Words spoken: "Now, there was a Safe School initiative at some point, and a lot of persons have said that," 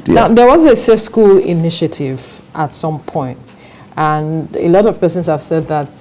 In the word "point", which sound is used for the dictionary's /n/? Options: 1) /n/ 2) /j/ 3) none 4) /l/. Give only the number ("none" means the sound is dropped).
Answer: 1